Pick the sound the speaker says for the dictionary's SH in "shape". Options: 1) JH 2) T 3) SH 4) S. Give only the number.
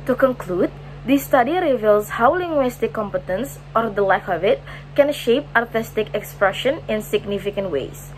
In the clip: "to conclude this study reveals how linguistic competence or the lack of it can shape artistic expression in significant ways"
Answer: 3